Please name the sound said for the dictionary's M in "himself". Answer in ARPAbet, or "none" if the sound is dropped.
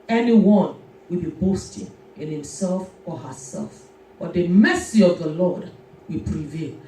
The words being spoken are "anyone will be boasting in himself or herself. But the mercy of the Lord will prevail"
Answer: M